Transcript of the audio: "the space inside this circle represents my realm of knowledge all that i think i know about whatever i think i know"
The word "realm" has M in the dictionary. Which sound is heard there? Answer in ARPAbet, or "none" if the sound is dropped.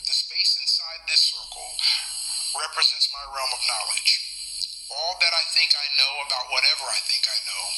M